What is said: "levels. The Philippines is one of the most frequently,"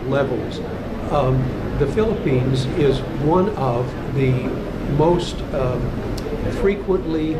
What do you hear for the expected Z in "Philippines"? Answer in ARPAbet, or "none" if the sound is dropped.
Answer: Z